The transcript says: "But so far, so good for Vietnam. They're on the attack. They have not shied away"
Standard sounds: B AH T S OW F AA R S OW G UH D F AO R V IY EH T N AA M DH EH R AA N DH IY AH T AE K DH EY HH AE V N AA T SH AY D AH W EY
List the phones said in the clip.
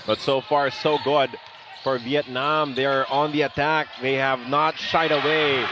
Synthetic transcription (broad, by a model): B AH T S OW F AA R S OW G UH D F AO R V IY EH T N AA M DH EH R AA N DH IY AH T AE K DH EY HH AE V N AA T SH AY D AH W EY